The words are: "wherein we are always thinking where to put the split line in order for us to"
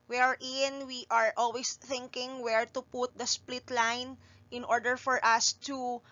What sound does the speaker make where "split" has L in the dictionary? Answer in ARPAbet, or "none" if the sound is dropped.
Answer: L